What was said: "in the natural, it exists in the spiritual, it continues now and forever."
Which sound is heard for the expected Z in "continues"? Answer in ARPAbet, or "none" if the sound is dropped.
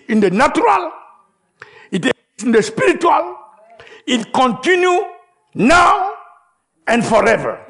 none